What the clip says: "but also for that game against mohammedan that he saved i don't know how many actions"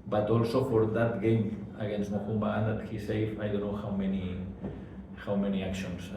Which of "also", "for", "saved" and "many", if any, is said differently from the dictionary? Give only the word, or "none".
saved